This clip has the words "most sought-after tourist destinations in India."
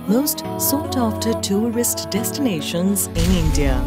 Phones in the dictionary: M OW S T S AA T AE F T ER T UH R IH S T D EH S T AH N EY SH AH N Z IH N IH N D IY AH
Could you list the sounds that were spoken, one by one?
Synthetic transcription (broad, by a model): M OW S T S AA T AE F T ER T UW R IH S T D EH S T AH N EY SH AH N Z IH N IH N D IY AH